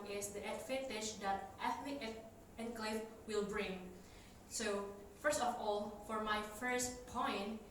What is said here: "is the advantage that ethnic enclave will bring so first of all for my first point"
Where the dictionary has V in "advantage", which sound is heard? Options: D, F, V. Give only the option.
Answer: F